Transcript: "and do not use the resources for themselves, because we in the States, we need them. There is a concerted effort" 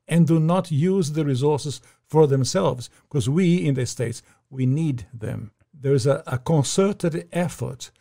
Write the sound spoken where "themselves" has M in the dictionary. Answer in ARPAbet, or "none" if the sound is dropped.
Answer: M